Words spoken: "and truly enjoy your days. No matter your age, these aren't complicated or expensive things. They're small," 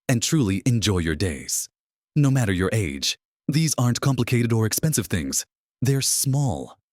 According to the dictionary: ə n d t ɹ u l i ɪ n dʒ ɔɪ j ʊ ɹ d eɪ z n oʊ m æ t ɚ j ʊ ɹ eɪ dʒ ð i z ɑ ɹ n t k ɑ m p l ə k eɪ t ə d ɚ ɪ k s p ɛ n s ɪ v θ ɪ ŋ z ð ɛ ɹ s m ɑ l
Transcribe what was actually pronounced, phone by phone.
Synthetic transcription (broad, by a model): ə n t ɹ u l i ɪ n dʒ ɔɪ j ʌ ɹ d eɪ z n oʊ m æ t ɚ j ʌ ɹ eɪ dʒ ð i z ɑ ɹ n k ɑ m p l ə k eɪ t ə d ɚ ɪ k s p ɛ n s ɪ v θ ɪ ŋ z ð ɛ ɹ s m ɑ l